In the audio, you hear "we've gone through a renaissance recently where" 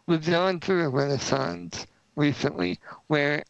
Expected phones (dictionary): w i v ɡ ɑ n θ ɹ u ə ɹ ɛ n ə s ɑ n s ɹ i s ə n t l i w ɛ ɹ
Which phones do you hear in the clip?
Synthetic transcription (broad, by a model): w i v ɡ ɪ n θ ɹ u ə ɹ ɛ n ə s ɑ n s ɹ i s ə n t l i w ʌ ɹ